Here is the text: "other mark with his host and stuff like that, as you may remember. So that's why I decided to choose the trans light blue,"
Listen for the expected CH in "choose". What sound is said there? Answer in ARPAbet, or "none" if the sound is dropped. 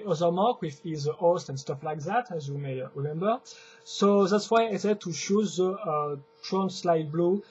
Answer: SH